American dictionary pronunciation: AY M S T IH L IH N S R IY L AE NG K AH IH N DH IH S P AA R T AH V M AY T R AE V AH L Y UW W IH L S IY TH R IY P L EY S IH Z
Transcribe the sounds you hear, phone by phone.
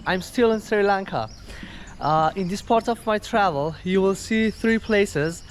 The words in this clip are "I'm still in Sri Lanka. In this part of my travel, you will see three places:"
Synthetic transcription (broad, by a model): AY M S T IH L IH N S R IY L AE NG K AH IH N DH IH S P AA R T AH V M AY T R AE V AH L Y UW W IH L S IY TH R IY P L EY S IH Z